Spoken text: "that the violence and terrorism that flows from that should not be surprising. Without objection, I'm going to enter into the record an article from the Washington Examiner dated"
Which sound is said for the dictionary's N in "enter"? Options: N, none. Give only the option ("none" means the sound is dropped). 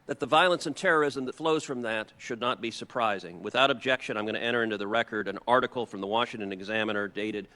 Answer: none